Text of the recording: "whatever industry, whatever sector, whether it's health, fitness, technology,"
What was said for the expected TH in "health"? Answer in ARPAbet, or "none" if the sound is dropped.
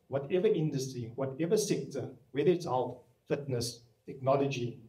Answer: T